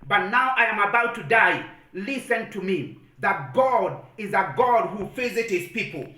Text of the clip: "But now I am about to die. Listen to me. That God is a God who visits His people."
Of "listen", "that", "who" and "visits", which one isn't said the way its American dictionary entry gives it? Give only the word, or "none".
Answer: visits